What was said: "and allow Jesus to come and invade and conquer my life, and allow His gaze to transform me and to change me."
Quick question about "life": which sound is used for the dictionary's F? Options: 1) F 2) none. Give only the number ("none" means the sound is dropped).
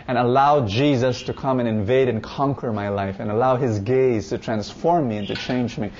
1